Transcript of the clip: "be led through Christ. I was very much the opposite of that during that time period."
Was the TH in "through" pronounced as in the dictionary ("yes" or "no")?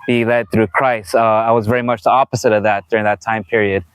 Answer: yes